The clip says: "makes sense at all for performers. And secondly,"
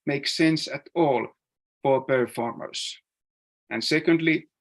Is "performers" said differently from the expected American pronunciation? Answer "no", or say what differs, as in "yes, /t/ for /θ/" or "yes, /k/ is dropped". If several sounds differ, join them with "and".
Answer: yes, /s/ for /z/